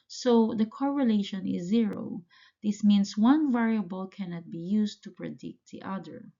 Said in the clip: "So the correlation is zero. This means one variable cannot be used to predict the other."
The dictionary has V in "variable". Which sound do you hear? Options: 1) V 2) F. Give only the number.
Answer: 1